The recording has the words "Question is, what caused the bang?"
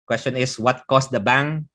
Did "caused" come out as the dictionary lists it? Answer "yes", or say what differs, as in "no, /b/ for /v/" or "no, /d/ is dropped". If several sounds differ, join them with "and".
no, /s/ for /z/